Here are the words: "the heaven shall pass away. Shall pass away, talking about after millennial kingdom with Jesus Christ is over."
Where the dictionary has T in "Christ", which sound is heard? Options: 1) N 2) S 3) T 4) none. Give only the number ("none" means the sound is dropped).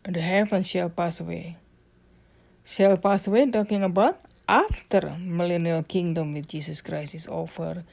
4